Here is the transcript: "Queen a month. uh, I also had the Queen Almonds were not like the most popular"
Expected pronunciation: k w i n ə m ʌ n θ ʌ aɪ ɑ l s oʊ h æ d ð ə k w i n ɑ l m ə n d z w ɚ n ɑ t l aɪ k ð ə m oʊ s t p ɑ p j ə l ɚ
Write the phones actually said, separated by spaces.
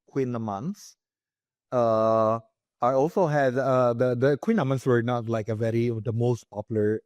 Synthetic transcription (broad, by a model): k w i n ə m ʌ n s ʌ aɪ ɑ l s oʊ h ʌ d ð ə k w i n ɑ m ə n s w ɚ n ɑ t l aɪ k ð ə m oʊ s t p ɑ p j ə l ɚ